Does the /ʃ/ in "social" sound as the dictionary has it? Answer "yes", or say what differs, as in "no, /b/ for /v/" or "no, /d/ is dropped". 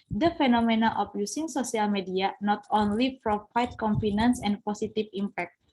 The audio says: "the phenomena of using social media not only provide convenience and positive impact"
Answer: no, /s/ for /ʃ/